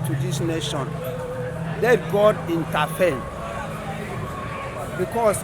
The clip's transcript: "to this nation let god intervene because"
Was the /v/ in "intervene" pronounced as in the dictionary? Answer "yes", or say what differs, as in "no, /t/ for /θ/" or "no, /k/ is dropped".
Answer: no, /f/ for /v/